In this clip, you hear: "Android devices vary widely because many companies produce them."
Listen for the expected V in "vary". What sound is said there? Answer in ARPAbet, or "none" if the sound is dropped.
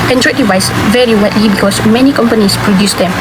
V